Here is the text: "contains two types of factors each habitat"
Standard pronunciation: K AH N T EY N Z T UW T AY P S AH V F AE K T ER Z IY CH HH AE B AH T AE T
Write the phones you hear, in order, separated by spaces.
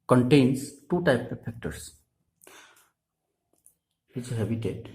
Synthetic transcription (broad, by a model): K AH N T EY N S T UW T AY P AH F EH K T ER S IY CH HH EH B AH T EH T